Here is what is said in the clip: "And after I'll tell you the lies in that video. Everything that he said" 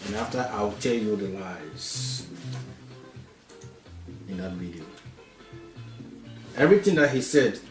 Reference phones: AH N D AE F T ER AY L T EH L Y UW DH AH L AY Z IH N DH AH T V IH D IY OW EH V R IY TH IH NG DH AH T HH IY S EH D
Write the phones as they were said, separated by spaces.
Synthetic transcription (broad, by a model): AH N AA F T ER AY W T EH L Y UW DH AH L AY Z IH N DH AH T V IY D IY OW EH V R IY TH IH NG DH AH T HH IY S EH D